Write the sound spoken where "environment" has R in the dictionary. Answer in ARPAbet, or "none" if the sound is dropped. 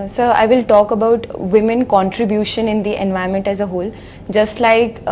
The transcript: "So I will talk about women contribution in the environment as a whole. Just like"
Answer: none